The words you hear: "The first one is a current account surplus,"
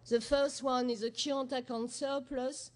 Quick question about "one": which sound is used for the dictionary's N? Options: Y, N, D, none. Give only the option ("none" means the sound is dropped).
N